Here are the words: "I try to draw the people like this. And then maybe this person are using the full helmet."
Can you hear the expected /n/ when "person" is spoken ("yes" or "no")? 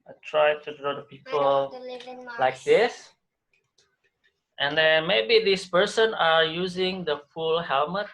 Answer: yes